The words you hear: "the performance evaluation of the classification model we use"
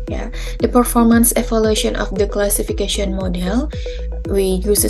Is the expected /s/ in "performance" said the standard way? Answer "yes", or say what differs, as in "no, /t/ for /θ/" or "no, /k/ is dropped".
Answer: yes